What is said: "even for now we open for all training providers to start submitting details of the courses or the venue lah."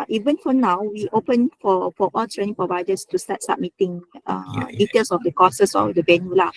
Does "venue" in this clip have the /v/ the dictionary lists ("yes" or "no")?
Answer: no